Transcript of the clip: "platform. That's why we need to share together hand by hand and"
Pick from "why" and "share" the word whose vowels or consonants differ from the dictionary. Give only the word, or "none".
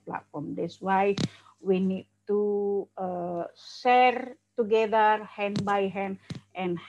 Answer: share